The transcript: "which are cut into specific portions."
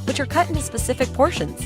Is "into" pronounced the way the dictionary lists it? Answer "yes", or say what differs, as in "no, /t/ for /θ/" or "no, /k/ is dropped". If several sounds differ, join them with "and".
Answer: yes